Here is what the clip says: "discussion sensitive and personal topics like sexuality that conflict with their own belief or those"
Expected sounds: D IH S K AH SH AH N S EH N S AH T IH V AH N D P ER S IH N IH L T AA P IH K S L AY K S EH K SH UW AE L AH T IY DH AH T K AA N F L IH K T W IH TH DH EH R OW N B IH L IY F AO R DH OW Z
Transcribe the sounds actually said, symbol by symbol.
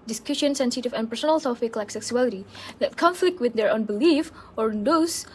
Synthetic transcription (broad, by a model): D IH S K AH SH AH N S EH N S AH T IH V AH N P ER S IH N IH L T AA F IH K L AY K S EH K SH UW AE L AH T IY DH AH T K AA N F L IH K T W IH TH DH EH R OW N B IH L IY F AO R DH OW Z